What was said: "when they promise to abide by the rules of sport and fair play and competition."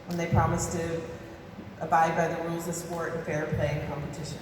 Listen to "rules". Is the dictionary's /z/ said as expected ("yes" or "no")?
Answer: yes